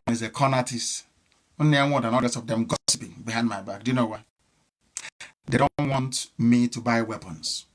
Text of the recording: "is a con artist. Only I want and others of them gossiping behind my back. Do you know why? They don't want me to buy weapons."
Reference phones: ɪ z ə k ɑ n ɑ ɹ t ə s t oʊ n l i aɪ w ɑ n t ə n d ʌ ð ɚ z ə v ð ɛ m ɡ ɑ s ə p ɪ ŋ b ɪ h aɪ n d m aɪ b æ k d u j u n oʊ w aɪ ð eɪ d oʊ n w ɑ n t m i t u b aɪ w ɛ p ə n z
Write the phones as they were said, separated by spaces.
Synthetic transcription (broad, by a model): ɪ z ə k ɑ n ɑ t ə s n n i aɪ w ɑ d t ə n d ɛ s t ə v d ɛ m ɡ ɑ s ə p ɪ ŋ b ɪ h aɪ n d m aɪ b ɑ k d u j u n oʊ w aɪ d eɪ d oʊ n w ɑ n t m i t u b aɪ w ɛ p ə n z